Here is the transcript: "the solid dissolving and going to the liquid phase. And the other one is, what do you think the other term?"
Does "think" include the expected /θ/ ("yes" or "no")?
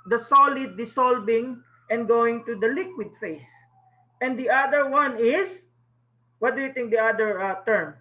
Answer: no